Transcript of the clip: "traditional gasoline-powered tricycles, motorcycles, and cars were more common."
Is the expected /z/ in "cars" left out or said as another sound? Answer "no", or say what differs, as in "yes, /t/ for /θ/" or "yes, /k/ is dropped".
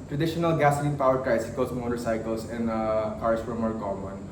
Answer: yes, /s/ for /z/